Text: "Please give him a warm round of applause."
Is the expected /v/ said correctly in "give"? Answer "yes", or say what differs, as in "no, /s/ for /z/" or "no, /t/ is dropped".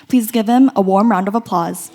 yes